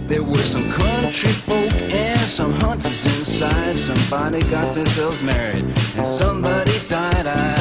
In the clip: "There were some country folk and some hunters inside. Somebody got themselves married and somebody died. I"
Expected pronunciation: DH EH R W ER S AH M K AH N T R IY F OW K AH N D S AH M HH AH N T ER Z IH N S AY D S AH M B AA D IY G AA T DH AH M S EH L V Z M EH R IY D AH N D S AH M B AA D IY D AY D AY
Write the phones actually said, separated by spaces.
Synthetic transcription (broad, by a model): DH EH R W ER S AH M K AH N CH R IY F OW K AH N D S AH M HH AH N T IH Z IH N S AY D S AH M B AA D IY G AA T DH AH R S EH L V M EH R IY D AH N S AH M B AA D IY D AY D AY